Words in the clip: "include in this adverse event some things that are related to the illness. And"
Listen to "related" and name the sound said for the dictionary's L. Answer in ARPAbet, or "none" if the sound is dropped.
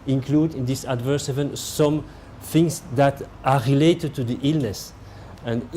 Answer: L